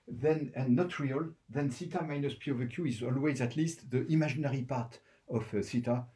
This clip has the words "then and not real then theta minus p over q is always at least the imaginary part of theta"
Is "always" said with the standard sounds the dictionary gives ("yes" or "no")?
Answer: yes